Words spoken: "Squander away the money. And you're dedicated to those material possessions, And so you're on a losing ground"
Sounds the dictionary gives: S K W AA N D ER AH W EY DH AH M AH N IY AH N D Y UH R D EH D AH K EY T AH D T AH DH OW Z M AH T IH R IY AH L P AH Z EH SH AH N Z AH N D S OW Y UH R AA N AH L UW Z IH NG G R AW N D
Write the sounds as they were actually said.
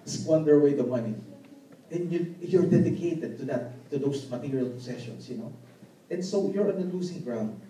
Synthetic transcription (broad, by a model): S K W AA N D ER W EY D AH M AH N IY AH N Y Y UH R D EH D AH K EY T AH D T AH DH OW S M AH T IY R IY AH L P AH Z EH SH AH N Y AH N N S OW Y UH R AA N AH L UW S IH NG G R AW N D